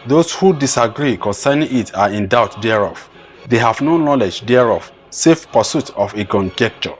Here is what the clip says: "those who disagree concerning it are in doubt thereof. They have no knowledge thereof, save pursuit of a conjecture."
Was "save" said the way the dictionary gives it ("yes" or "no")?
no